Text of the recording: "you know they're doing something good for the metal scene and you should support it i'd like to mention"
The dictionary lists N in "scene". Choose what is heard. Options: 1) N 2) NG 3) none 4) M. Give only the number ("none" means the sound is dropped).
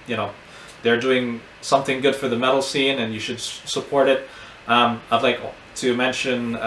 1